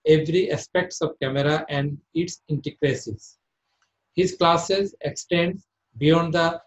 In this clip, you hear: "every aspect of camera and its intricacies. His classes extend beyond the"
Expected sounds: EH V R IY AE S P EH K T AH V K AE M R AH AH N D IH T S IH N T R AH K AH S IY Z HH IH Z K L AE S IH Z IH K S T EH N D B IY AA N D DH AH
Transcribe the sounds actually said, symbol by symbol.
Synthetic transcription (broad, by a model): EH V R IY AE S P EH K T AH V K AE M R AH AH N D IH T S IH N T AH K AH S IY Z HH IH Z K L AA S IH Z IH K S T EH N D B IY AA N D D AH